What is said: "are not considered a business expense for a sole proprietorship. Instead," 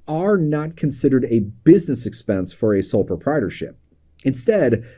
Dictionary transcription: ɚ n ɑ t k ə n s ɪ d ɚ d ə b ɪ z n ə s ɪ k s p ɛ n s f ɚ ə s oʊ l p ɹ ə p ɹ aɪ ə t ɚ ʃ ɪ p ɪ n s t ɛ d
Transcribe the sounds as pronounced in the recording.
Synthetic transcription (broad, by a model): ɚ n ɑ t k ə n s ɪ d ɚ d ə b ɪ z n ə s ɪ k s p ɛ n s f ɚ ə s oʊ l p ɹ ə p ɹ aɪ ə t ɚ ʃ ɪ p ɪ n s t ɛ d